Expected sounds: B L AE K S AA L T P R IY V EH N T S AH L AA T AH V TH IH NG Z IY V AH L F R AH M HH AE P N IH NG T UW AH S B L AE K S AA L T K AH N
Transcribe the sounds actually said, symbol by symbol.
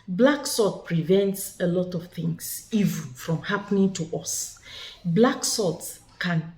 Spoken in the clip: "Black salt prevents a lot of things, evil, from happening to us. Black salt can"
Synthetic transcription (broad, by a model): B L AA K S AA T P R IY V EH N T S AH L AA T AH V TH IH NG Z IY V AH N F R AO M HH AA P N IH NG T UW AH S B L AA K S AA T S K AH N